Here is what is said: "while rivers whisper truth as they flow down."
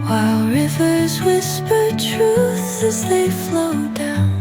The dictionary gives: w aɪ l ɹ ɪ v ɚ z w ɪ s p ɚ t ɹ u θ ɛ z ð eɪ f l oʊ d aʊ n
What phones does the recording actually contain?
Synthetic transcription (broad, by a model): w aɪ l ɹ ɪ v ɚ z w ɪ s p ɚ t ɹ u θ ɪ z ð eɪ f l oʊ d aʊ n